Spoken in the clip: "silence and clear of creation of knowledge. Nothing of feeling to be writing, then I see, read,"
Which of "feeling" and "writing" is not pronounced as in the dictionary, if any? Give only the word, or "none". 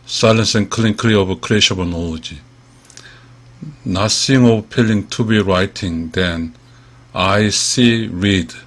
feeling